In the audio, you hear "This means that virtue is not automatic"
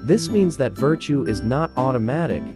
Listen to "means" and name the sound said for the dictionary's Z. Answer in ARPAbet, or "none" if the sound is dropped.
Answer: Z